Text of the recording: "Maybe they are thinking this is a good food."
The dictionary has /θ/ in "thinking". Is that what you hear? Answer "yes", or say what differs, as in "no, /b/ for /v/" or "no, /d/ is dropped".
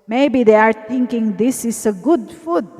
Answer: no, /t/ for /θ/